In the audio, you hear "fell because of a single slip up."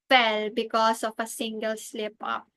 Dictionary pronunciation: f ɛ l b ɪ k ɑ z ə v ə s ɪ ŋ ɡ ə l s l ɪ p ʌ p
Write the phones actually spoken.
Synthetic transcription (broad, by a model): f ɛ l b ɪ k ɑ s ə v ə s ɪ ŋ ɡ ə l s l ɪ p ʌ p